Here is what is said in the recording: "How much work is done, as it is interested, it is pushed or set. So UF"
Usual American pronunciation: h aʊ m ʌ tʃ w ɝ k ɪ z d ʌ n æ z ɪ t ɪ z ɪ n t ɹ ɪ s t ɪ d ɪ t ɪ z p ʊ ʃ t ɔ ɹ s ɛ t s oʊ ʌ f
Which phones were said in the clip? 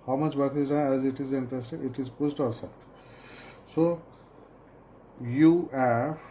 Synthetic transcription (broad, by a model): h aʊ m ʌ tʃ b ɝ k ɪ z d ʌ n æ z ɪ t ɪ z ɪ n t ɹ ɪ s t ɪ ɪ t ɪ z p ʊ s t ɔ ɹ s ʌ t s oʊ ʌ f